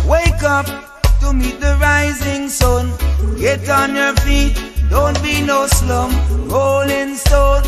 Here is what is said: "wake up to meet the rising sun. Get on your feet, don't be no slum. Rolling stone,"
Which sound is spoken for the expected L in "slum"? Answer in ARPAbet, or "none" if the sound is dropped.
L